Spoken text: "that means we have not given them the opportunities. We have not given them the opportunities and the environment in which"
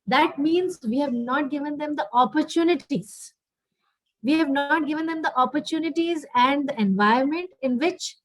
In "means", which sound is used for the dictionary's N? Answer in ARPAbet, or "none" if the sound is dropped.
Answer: N